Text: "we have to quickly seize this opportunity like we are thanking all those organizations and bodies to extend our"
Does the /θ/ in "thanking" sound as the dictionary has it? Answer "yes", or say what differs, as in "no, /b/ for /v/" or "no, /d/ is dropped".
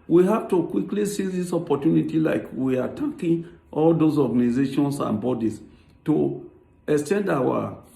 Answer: no, /t/ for /θ/